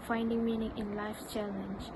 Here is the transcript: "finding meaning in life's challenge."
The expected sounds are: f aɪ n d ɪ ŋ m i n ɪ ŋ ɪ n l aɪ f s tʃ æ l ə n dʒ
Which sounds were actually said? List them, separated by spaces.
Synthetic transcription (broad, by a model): f aɪ n d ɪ ŋ m i n ɪ ŋ ɪ n l aɪ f tʃ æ l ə n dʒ